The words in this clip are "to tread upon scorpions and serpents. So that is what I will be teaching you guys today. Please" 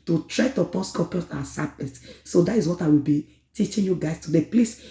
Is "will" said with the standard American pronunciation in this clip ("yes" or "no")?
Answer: yes